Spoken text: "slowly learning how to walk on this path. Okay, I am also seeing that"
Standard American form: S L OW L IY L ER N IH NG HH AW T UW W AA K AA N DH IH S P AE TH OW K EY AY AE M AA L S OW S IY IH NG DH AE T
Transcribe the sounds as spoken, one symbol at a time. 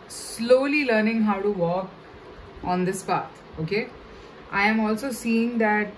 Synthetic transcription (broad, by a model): S L OW L IY L ER N IH NG HH AW T UW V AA K AA N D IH S P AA T OW K EY AY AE M AA L S OW S IY IH NG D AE T